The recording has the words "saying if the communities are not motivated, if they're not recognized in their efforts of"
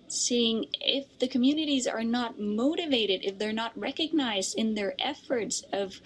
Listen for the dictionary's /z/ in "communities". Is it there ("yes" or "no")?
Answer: yes